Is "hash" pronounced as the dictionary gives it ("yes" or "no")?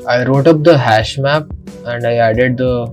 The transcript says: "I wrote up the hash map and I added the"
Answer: yes